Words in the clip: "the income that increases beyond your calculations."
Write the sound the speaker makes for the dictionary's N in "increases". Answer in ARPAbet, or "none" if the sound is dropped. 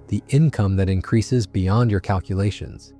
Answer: N